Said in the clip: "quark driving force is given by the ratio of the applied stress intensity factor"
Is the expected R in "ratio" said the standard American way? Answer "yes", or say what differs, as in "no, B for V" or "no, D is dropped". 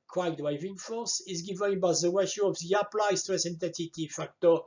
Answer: no, W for R